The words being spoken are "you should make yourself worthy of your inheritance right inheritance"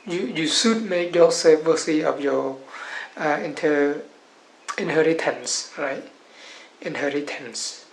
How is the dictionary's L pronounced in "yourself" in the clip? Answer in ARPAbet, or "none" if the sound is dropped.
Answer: none